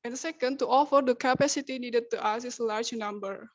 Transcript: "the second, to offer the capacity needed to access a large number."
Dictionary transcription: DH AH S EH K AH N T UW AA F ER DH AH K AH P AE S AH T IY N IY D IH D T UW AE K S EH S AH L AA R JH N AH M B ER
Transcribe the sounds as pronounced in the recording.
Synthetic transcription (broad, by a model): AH S EH K AH N T UW AA F ER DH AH K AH P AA S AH T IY N IY D IH D T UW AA S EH S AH L AA R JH N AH M B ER